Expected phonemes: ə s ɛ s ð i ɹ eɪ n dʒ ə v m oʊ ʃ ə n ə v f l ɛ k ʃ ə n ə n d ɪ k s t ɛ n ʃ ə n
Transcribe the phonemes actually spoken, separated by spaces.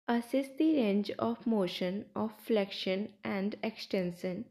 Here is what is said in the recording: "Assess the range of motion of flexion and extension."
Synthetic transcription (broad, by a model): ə s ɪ s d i ɹ eɪ n dʒ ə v m oʊ ʃ ə n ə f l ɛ k ʃ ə n ə n d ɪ k s t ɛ n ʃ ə n